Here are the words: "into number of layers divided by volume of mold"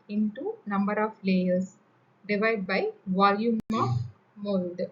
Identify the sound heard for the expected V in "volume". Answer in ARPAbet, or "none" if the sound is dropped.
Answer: V